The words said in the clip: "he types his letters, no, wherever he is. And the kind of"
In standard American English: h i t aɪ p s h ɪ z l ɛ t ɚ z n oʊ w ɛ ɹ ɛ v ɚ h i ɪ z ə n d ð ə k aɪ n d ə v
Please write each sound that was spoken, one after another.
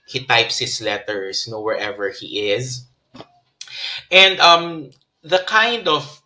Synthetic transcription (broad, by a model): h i t aɪ p s h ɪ s l ɛ t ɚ s n oʊ w ɛ ɹ ɛ v ɚ h i ɪ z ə n d ð ə k aɪ n d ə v